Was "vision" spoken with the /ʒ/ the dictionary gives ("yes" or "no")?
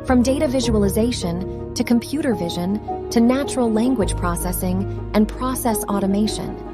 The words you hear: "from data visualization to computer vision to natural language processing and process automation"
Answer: yes